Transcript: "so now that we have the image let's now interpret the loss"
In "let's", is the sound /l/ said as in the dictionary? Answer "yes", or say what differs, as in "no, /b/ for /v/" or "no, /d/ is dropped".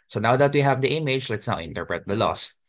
yes